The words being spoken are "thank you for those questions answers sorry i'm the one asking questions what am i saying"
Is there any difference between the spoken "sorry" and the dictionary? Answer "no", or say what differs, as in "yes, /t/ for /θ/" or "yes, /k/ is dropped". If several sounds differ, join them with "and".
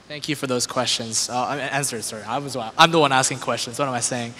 yes, /w/ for /ɹ/